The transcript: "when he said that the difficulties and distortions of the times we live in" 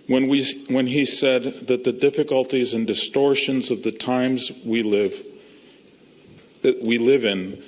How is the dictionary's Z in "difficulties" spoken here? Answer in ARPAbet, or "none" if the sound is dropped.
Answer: Z